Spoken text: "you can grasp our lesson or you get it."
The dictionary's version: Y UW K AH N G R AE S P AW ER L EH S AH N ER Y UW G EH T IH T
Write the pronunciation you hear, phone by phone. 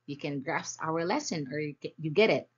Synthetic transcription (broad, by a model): Y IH K AH N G R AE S AW ER L EH S AH N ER Y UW G EH T IH T